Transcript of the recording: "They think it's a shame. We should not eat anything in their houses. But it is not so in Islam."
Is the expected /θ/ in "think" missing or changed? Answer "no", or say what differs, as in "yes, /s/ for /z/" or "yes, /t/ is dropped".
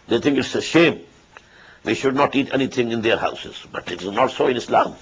yes, /t/ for /θ/